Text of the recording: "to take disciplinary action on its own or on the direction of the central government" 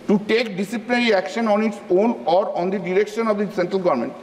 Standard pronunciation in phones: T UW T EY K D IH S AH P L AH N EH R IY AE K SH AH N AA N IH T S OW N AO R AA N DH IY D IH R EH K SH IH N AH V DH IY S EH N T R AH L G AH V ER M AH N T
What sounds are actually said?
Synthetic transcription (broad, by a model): T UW T EY K D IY S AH P L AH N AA R IY AE K SH AH N AA N IH T S OW N AO R AA N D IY D IH R EH K SH IH N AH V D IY S EH N T R AH L G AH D M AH N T